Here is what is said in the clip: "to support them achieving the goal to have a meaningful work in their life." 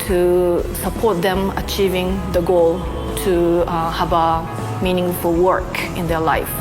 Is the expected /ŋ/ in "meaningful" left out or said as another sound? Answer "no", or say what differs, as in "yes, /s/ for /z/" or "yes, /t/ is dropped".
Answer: no